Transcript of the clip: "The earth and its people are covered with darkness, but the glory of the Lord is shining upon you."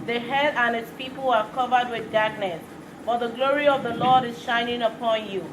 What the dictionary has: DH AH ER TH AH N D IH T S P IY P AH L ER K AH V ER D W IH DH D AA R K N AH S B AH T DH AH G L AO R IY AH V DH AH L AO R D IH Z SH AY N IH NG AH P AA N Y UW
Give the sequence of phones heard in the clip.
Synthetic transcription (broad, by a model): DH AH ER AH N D IH T S P IY P AH L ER K AH V ER D W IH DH D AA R K N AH S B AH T DH AH G L AO R IY AH V DH AH L AO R D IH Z SH AY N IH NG AH P AA N Y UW